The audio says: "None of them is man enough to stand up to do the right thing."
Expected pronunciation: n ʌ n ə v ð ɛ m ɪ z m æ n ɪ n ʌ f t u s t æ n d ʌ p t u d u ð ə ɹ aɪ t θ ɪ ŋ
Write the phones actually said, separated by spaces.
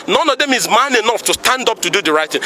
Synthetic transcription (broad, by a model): n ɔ n ə v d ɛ m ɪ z m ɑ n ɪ n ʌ f t u s t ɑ n d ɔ p t u d u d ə ɹ aɪ t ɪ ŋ